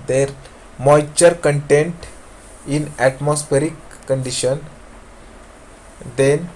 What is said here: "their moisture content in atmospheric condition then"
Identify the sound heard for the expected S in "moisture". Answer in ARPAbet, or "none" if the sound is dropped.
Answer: none